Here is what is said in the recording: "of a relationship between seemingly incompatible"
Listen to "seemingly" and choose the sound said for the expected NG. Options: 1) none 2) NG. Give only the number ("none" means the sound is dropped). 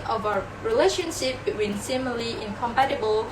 1